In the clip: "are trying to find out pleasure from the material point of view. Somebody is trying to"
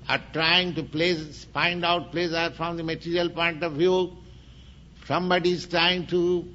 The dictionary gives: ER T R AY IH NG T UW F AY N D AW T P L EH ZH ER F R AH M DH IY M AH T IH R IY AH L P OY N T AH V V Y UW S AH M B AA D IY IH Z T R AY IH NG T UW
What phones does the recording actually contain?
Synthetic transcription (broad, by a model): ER T R AY IH NG T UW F AY N D AW T P L EH S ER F R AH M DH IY M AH T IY R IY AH L P OY N T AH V V Y UW S AH M B AA D IY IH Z T R AY IH NG T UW